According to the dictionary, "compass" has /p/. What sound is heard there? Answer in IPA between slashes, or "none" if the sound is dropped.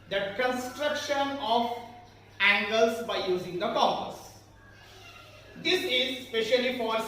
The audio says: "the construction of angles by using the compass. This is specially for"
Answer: none